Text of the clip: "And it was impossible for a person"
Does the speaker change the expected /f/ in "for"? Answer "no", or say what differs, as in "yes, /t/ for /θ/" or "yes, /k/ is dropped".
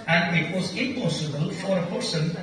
no